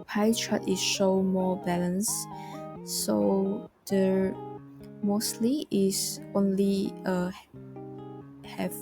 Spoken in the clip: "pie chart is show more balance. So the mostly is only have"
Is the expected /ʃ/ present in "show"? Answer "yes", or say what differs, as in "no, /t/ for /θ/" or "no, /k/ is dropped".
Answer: yes